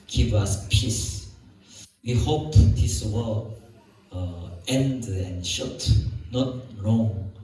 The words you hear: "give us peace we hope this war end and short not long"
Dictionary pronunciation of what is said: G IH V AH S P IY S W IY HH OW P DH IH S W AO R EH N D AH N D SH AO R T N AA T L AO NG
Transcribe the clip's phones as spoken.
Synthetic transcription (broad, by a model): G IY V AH S P IY S W IY HH OW P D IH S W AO L EH N D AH N SH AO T N AA T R AO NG